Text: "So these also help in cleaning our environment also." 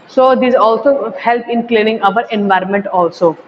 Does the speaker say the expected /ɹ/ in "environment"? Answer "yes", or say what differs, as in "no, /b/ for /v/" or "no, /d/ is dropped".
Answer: yes